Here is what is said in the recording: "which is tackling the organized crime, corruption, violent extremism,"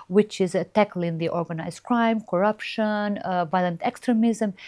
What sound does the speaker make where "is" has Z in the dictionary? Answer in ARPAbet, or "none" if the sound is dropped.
Z